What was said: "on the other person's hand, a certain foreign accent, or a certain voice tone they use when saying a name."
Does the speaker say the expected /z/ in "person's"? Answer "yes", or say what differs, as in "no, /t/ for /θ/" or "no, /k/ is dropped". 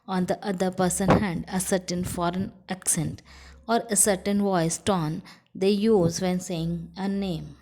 no, /z/ is dropped